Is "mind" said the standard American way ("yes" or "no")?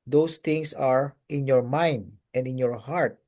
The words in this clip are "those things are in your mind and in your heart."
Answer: yes